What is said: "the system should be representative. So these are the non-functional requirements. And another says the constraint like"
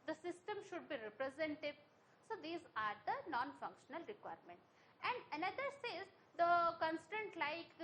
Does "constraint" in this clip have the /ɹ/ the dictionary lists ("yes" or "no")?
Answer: no